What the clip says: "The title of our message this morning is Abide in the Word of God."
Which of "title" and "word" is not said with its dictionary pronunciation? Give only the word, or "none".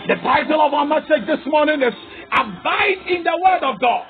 none